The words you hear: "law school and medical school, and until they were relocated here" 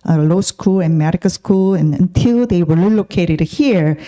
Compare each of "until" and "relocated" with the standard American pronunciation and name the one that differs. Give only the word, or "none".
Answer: relocated